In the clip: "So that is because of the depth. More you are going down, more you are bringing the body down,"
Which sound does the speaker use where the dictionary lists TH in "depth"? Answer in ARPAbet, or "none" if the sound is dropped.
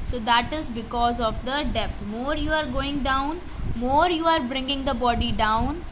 T